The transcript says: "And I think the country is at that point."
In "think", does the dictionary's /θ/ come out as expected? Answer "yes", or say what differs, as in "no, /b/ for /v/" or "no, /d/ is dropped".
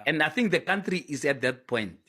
yes